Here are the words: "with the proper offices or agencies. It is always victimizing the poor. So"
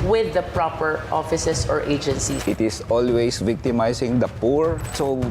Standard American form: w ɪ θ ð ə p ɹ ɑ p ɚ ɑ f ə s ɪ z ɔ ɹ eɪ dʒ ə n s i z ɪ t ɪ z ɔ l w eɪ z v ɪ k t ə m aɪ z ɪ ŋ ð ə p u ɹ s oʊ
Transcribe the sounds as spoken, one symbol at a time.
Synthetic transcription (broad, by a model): w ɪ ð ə p ɹ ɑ p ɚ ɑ f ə s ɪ s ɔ ɹ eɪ dʒ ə n s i ɪ t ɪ s ɔ l w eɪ s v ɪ k t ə m aɪ s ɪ ŋ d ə p u ɹ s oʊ